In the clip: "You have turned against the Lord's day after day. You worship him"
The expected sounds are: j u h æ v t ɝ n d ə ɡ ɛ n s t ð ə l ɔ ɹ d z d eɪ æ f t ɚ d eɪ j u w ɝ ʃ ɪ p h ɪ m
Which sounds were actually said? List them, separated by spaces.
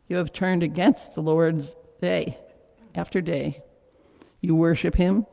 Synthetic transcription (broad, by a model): j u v t ɝ n d ə ɡ ɛ n s t ð ə l ɔ ɹ d z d eɪ æ f t ɚ d eɪ j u w ɝ ʃ ɪ p h ɪ m